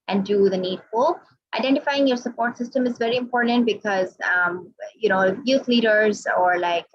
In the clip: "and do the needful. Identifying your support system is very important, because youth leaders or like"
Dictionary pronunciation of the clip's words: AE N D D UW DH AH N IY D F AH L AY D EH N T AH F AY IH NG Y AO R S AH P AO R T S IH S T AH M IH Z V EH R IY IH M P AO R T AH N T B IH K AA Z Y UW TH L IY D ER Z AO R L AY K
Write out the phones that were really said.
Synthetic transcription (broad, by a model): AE N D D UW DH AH N IY D F AH L AY D EH N T AH F AY IH NG Y AO R S AH P AO R T S IH S T AH M IH Z V EH R IY IH M P AO R T AH N T B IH K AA Z Y UW T L IY D ER Z AO R L AY K